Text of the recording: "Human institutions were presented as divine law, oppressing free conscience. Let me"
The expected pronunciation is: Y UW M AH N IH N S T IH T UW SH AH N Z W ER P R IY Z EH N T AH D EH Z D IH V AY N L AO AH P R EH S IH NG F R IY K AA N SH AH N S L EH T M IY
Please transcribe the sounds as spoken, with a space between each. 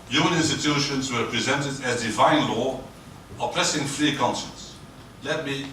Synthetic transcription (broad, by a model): Y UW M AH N IH N S T IH T UW SH AH N Z W ER P R IY Z EH N T AH D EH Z D IH V AY N L AO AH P L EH S IH NG F R IY K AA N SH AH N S L EH T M IY